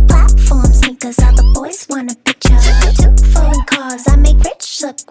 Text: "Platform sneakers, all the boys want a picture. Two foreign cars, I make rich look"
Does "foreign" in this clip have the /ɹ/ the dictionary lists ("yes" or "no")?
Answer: no